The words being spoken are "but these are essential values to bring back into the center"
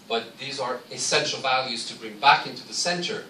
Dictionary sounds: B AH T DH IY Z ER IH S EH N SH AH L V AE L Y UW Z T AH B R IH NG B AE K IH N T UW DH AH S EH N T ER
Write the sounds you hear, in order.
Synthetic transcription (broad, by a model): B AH T DH IY Z ER IH S EH N SH AH L V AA L Y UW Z T AH B R IH NG B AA K IH N T UW DH AH S EH N T ER